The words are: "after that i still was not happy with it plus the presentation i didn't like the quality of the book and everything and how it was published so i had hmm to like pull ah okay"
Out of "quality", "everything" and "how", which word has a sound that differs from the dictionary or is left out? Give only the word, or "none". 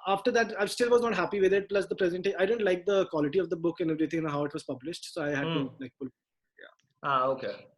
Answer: everything